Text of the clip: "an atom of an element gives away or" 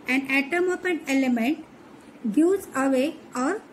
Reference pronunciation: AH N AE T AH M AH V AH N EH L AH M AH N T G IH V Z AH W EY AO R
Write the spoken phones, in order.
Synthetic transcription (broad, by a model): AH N AE T AH M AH P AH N EH L AH M AH N T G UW Z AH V EY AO R